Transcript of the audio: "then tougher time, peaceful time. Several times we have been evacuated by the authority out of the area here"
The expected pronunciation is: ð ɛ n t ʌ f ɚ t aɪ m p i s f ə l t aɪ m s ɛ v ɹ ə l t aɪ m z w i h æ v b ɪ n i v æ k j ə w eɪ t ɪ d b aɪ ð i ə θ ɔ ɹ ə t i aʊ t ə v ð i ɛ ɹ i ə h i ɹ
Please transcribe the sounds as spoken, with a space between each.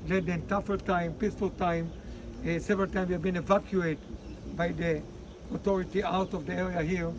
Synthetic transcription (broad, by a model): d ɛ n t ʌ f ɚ t aɪ m p i s f ə l t aɪ m s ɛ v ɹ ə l t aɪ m w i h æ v b ɪ n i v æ k j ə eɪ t b aɪ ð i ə t ɔ ɹ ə t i aʊ t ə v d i ɛ ɹ i ə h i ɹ